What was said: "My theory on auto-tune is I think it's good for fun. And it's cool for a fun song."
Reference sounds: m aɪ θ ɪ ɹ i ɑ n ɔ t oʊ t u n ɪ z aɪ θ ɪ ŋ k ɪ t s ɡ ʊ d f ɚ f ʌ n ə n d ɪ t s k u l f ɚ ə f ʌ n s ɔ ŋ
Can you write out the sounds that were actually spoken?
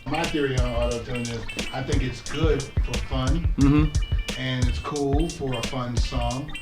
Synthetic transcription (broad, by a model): m aɪ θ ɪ ɹ i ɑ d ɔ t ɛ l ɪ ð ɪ s aɪ θ ɪ ŋ k ɪ t s ɡ ʊ d f ɚ f ʌ n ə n ɪ t s k u l f ɚ ə f ʌ n s ɔ ŋ